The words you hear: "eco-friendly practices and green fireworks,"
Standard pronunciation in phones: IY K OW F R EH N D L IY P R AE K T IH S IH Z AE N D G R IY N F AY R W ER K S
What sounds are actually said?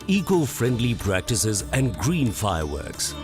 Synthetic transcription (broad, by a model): IY K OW F R EH N D L IY P R AE K T IH S IH Z AE N D G R IY N F AY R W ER K S